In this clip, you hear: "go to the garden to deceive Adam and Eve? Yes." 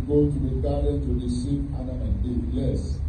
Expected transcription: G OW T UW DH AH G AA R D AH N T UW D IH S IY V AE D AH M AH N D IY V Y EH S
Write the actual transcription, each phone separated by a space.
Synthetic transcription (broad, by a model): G OW T UW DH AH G AA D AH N T UW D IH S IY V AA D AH AH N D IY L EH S